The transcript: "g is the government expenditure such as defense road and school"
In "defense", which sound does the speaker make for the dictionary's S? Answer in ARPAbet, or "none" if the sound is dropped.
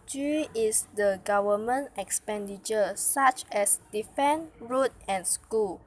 none